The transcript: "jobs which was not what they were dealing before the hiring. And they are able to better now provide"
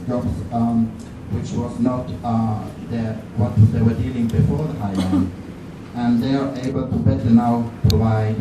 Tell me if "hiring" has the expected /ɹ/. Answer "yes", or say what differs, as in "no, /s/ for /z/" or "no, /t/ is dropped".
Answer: no, /ɹ/ is dropped